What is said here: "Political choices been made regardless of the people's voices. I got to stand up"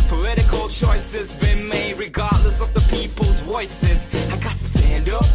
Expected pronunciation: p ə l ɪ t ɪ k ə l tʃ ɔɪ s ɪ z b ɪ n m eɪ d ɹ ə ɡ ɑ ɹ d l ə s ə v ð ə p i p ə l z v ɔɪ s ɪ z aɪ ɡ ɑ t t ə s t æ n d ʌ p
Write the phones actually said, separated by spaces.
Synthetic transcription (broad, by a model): p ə l ɪ t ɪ k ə l tʃ ɔɪ s ɪ z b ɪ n m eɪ ɹ ə ɡ ɑ ɹ d l ə s ə v ð ə p i p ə l z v ɔɪ s ɪ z aɪ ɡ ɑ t t ə s t æ n d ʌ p